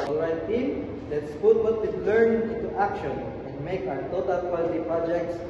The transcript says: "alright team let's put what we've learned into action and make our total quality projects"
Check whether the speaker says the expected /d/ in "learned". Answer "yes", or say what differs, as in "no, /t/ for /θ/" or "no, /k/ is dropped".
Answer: no, /d/ is dropped